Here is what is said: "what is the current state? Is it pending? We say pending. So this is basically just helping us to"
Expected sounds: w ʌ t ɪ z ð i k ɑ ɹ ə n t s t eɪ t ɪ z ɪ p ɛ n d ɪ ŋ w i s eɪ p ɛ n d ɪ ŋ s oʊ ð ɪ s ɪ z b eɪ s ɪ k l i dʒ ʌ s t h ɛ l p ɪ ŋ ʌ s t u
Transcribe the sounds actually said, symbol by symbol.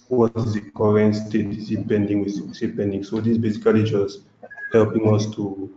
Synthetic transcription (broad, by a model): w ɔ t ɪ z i k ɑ ɹ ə n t s t eɪ t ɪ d ɪ p ɛ n d ɪ ŋ w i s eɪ p ɛ n d ɪ ŋ s oʊ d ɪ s b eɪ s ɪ k l i dʒ ʌ s t h ɛ l p ɪ ŋ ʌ s t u